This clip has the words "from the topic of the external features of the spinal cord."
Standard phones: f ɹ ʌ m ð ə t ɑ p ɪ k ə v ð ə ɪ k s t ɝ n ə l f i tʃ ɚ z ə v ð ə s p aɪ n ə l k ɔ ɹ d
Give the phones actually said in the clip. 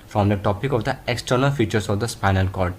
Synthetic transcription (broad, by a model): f ɹ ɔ m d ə t ɑ p ɪ k ə v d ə ɪ k s t ɝ n ə l f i tʃ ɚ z ə v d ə s p aɪ n ə l k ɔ ɹ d